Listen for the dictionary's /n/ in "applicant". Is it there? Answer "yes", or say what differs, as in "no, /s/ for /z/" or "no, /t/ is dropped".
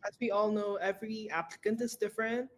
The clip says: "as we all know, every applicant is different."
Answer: yes